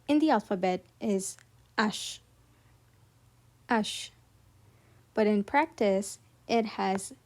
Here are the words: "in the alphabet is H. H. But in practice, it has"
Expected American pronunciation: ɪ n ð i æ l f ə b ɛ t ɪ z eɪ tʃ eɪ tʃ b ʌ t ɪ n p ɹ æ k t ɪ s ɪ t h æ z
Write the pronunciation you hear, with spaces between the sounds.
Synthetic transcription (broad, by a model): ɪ n ð i æ l f ə b ɛ t ɪ z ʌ ʃ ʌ ʃ b ʌ t ɪ n p ɹ æ k t ɪ s ɪ t h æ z